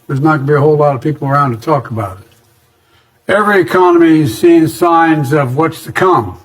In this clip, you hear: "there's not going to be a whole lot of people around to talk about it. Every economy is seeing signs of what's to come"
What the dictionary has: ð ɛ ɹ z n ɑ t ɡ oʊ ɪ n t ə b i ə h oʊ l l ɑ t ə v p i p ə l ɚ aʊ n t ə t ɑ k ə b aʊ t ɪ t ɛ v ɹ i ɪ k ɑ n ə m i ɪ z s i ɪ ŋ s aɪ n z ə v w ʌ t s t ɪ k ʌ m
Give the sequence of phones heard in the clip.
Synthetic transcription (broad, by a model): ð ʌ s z n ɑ t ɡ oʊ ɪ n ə b i ə h oʊ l l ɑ t ə v p i p l ɚ aʊ n t ə t ɑ k ə b aʊ t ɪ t ɛ v ɹ i ɪ k ɑ n ə m i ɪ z s i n s aɪ n z ə v w ʌ t s t ɪ k ʌ m